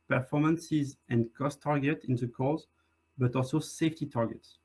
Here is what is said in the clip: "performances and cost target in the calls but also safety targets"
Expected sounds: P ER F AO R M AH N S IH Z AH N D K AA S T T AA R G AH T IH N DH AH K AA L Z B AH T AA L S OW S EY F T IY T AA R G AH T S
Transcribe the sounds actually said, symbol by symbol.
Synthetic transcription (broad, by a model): P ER F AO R M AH N S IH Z AH N D K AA S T T AA R G AH T IH N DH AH K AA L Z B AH T AA L S OW S EY F T IY T AA R G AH T S